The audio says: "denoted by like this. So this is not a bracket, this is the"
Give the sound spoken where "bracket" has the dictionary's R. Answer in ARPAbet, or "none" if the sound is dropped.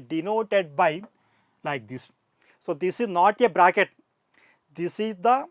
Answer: R